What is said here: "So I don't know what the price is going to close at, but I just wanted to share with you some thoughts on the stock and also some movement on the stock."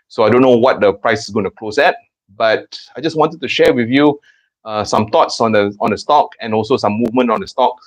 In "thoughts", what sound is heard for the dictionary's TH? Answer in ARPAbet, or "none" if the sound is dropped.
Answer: T